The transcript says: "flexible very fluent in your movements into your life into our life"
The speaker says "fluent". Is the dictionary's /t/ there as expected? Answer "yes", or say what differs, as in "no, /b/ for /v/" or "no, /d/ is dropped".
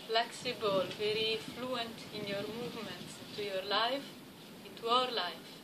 yes